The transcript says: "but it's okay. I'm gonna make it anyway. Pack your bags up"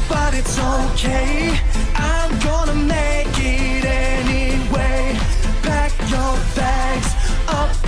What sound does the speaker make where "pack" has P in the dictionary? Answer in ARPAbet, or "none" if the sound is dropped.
B